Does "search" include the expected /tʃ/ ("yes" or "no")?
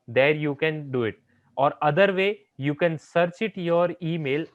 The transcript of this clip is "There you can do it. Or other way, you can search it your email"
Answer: yes